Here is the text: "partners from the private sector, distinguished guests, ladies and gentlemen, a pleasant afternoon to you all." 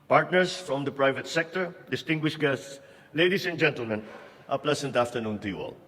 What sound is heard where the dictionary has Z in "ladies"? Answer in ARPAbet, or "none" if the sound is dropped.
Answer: S